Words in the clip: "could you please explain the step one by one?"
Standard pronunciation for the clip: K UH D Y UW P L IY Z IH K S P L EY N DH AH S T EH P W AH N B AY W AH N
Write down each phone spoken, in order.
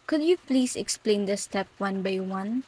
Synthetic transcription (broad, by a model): K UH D Y UW P L IY S IH K S P L EY N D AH S T EH P W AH N B AY W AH N